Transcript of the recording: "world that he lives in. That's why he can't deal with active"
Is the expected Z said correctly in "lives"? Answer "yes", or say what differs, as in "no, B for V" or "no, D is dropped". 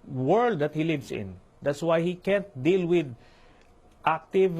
no, S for Z